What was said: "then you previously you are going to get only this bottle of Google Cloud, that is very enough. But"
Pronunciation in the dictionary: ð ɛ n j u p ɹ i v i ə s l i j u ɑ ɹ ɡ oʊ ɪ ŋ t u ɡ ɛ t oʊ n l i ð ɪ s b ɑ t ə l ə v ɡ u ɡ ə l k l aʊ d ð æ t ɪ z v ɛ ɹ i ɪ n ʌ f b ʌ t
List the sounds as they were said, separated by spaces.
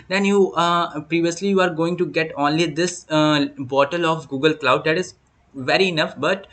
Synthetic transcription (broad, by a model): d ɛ n j u p ɹ i v i ə s l i j u ɑ ɹ ɡ oʊ ɪ ŋ t u ɡ ɛ t oʊ n l i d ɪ s b ɑ t ə l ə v ɡ u ɡ ə l k l aʊ d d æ t ɪ z v ɛ ɹ i ɪ n ʌ f b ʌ t